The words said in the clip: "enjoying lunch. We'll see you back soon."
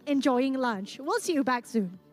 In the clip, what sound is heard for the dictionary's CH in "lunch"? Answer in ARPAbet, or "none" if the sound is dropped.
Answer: CH